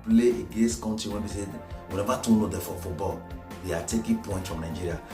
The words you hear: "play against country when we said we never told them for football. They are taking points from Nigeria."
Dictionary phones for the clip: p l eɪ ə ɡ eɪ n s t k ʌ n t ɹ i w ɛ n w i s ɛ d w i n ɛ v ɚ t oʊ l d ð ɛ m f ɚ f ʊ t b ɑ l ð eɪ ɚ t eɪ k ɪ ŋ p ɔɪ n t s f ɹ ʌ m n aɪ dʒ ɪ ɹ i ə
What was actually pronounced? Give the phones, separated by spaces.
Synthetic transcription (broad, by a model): p l eɪ ə ɡ eɪ n s t k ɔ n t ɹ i w ɛ n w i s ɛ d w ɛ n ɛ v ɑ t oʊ n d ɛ f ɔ f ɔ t b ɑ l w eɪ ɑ t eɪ k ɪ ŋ p ɔɪ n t f ɹ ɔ m n aɪ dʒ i ɹ i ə